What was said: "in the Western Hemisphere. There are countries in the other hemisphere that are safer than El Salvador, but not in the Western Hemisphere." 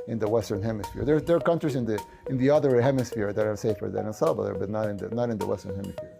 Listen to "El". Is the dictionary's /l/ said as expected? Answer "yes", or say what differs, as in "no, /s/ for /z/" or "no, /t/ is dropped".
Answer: no, /n/ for /l/